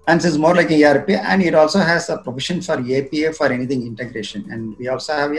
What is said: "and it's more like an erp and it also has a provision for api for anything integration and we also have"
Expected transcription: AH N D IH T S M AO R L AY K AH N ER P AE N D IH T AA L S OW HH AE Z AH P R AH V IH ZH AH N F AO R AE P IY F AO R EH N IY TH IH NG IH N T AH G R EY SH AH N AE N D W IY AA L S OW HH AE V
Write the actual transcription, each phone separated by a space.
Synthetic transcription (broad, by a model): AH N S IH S M AO R L AY K AH N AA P AE N D IH T AA L S OW HH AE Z AH P R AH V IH SH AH N F AO R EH P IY F AO R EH N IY T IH NG IH N T AH G R EY SH AH N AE N D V IY AA L S OW HH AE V